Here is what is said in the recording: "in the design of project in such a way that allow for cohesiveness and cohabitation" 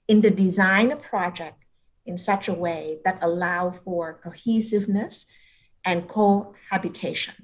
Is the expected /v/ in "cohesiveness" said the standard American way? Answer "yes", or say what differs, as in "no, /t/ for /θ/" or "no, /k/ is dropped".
yes